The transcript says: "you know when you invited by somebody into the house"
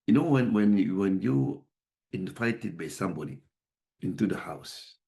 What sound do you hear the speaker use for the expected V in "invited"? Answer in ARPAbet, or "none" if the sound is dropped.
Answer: F